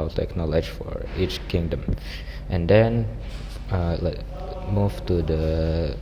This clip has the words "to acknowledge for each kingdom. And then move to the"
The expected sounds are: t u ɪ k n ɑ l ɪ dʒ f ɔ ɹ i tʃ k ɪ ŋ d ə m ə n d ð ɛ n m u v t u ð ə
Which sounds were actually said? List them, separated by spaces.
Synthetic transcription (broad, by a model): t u ɪ k n ɑ l ɪ dʒ f ɔ ɹ i tʃ k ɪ ŋ d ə m ə n d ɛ n m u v t u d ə